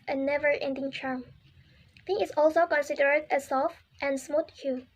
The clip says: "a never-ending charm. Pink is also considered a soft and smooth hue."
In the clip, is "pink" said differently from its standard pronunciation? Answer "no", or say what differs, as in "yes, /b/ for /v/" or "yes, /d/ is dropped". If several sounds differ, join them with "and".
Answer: yes, /k/ is dropped